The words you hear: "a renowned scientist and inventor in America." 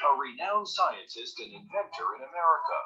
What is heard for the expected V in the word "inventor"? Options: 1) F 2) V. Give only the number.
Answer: 2